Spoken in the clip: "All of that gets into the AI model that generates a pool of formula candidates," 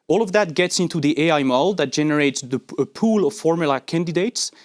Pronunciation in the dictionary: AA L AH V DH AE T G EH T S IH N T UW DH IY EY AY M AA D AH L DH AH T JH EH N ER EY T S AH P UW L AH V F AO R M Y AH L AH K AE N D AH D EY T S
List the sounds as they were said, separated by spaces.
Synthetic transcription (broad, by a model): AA L AH V DH AE T G EH T S IH N T UW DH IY EY AY M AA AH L DH AH T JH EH N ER EY T S AH P UW L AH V F AO R M Y AH L AH K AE N D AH D EY T S